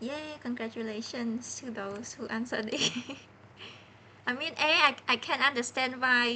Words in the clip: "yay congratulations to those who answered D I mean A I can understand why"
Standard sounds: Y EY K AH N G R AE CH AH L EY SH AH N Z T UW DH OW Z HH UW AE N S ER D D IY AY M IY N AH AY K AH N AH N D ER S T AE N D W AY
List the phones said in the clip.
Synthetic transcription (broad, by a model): Y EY K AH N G R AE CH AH L EY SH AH N S T UW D OW S HH UW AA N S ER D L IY AY M IY N AH AY K AH N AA N D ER S T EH N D W AY